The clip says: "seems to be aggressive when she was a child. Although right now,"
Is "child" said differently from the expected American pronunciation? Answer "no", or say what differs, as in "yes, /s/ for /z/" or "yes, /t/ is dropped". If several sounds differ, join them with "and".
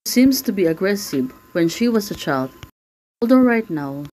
no